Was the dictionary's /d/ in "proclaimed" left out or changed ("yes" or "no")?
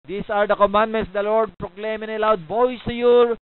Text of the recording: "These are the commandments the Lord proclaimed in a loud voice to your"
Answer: yes